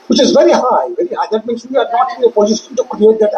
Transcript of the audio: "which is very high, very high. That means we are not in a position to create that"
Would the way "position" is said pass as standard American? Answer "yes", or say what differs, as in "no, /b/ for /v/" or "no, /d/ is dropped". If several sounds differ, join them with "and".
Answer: no, /s/ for /z/ and /s/ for /ʃ/